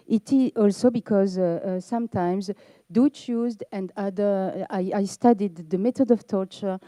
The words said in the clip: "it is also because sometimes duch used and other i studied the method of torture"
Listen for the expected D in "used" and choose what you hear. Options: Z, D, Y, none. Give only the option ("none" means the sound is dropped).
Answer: D